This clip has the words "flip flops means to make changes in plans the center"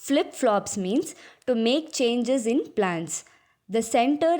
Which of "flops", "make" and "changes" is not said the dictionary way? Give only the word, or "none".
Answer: none